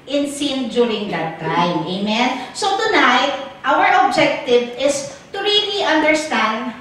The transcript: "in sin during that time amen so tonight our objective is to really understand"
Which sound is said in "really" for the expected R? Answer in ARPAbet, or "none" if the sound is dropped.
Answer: R